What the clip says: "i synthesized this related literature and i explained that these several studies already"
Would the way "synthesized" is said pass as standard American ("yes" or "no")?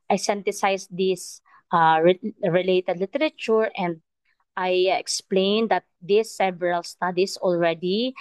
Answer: no